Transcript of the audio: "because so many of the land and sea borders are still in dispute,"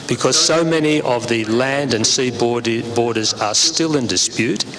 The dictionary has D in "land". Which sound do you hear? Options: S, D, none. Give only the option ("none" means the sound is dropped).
D